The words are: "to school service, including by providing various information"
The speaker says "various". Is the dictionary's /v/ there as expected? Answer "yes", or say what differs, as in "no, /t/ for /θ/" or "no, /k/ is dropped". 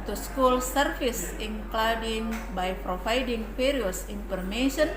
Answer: no, /f/ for /v/